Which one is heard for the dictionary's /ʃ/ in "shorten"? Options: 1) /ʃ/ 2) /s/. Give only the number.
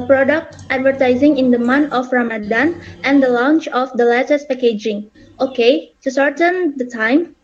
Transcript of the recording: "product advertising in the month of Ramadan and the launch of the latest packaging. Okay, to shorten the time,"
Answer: 2